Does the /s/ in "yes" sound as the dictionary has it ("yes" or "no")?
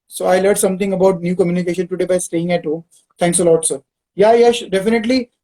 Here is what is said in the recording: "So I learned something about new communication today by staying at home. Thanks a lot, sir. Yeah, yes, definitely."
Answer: no